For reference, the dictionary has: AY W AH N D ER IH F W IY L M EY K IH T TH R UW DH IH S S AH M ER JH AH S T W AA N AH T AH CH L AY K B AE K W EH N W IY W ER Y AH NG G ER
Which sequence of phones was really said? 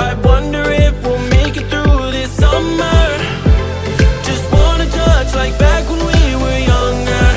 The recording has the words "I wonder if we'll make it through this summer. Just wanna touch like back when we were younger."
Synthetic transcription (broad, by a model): AY W AH N D ER IH F W IY L M EY K IH T TH R UW DH IH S S AH M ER JH AH S T W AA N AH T AH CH L AY K B AE K W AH N W IY W ER Y AH NG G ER